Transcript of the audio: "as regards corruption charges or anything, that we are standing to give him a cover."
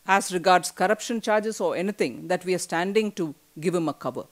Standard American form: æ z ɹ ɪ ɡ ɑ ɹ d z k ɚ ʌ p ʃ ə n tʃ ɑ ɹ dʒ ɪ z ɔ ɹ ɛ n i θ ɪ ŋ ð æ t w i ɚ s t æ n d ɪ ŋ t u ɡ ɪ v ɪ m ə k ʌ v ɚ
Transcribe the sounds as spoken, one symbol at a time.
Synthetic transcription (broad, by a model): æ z ɹ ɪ ɡ ɑ ɹ d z k ɚ ʌ p ʃ ə n tʃ ɑ ɹ dʒ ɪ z ɔ ɹ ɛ n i t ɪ ŋ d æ t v i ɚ s t æ n d ɪ ŋ t u ɡ ɪ v ɪ m ə k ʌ v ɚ